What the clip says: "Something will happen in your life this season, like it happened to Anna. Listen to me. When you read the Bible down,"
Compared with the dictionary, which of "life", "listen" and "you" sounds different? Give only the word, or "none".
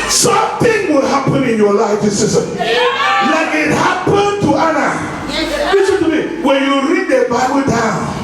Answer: listen